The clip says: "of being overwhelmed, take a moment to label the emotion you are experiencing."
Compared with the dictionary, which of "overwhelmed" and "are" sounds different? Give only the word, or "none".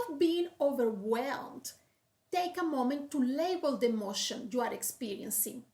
none